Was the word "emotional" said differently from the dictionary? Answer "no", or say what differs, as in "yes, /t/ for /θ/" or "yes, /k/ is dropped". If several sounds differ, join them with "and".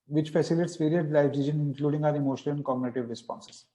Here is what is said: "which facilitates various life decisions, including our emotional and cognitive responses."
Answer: yes, /n/ is dropped